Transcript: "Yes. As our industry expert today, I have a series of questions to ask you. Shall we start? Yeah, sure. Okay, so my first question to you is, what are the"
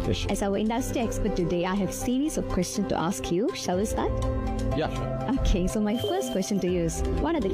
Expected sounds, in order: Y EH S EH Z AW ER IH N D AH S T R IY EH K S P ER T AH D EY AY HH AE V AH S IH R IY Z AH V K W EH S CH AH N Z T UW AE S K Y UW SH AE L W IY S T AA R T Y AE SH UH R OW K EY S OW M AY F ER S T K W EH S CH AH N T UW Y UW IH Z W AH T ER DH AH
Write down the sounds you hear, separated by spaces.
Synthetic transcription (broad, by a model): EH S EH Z AW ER IH N D AH S T R IY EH K S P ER T AH D EY AY HH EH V S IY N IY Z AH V K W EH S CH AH N T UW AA S K Y UW SH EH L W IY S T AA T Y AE OW K EY S OW M AY F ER S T K W EH S CH AH N T UW Y UW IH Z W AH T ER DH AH